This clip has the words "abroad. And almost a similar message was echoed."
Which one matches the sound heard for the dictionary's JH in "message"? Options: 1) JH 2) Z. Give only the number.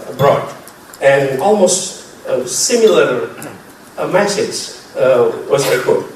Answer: 2